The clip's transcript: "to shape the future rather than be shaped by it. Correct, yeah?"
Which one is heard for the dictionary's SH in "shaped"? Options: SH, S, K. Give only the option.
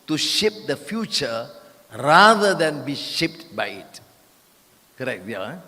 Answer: SH